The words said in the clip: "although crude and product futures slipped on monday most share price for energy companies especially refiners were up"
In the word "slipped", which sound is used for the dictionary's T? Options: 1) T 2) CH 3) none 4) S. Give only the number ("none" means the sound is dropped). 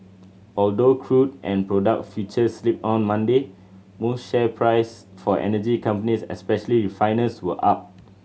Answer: 3